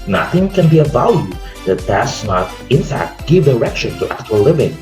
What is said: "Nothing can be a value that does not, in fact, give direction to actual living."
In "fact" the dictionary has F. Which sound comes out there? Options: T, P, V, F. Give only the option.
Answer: F